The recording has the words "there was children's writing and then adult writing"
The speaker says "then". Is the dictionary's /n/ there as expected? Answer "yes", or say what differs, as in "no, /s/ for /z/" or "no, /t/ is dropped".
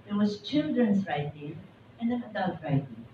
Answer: no, /n/ is dropped